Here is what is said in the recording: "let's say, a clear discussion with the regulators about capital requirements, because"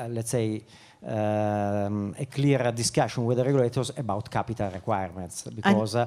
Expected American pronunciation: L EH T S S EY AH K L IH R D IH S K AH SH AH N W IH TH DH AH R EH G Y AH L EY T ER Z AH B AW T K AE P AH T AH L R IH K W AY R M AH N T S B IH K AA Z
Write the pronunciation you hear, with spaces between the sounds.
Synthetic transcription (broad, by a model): L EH T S S EY AH K L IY R D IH S K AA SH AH N W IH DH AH R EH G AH L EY T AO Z AH B AW T K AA P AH T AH L R IH K W AY R M AH N T S B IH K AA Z